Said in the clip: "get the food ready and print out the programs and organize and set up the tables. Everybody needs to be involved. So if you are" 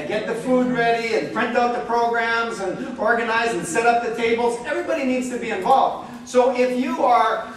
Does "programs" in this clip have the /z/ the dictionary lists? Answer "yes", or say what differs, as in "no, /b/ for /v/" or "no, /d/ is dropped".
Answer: yes